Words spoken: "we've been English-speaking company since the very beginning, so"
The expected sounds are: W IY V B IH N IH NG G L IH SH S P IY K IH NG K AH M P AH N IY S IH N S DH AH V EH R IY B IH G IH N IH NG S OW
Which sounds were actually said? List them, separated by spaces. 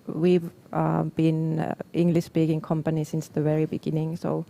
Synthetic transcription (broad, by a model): W IY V B IH N IH NG G L IH SH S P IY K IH NG K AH M P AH N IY S IH N S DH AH V EH R IY B IH G IH N IH NG S OW